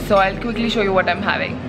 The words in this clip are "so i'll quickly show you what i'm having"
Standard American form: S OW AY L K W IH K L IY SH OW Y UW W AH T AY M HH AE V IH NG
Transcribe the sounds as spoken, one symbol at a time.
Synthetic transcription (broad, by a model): S OW AY L K W IH K L IY SH OW Y UW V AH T AY M HH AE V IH NG